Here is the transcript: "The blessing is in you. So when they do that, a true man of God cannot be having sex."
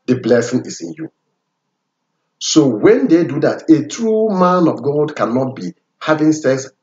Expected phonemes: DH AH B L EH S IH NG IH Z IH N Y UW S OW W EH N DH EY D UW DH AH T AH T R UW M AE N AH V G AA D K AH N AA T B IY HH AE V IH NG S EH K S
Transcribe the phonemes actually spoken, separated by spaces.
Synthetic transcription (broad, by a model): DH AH B L EH S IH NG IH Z IH N Y UW S OW W EH N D EY D UW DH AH T AH T R UW M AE N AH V G AA D K AH N AA T B IY HH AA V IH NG S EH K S